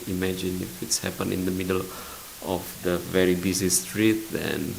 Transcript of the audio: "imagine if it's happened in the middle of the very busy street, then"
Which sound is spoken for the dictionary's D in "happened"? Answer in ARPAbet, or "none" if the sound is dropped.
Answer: none